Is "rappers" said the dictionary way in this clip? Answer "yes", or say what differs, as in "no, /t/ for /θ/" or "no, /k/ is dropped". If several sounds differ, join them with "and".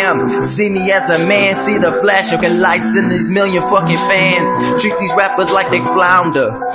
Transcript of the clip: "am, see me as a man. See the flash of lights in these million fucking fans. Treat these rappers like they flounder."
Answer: yes